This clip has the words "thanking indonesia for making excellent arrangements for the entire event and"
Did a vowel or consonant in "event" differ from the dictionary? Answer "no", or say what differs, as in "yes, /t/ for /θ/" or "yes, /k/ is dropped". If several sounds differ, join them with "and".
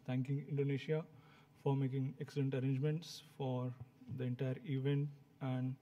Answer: no